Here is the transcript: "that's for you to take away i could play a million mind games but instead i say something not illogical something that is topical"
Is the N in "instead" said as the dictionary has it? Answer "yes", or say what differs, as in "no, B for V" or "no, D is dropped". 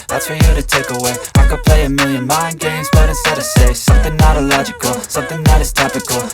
no, N is dropped